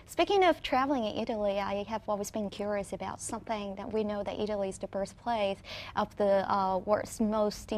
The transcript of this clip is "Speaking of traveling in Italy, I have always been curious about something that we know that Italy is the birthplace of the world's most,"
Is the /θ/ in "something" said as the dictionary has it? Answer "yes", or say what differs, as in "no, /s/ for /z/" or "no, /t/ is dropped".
yes